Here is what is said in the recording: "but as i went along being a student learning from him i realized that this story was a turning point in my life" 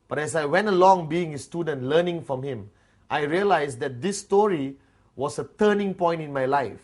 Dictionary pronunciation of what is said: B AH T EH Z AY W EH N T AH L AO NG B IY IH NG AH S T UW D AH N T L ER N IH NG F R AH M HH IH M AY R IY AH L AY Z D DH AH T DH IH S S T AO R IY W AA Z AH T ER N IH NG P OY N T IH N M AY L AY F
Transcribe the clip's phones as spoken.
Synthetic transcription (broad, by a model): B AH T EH S AY W EH N T AH L AO NG B IY IH NG AH S T UW D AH N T L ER N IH NG F R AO M HH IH M AY R IY AH L AY S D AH T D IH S S T AO R IY W AA S AH T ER N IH NG P OY N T IH N M AY L AY F